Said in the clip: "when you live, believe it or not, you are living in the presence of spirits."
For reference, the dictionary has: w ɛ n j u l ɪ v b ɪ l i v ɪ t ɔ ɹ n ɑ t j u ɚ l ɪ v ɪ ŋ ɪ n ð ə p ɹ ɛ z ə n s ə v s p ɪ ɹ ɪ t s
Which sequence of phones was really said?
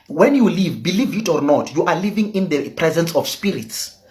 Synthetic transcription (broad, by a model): w ɛ n j u l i v b ɪ l i v ɪ t ɔ ɹ n ɑ t j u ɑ l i v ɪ ŋ ɪ n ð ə p ɹ ɛ z ə n s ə f s p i ɹ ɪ t s